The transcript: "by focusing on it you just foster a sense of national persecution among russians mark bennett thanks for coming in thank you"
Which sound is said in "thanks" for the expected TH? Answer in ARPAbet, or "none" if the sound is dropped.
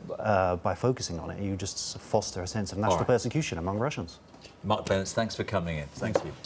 TH